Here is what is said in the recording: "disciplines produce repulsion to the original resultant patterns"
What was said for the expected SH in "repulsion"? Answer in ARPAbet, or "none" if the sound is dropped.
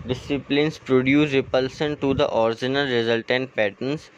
S